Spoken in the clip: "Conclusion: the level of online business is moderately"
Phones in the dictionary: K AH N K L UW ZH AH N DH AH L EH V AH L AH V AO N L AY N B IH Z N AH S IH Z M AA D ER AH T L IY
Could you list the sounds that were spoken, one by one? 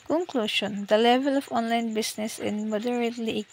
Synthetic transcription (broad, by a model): K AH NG K L UW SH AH N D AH L EH V AH L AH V AO N L AY N B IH S N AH S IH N M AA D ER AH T L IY